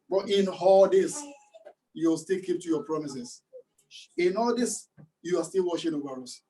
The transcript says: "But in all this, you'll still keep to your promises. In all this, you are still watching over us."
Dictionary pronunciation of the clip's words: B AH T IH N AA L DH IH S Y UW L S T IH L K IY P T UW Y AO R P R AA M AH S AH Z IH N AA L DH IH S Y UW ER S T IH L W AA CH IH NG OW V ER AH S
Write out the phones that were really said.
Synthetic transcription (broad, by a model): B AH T IH N AA L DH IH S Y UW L S T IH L K IY P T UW Y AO P R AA M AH S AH S IH N AA L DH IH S Y UW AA S T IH L W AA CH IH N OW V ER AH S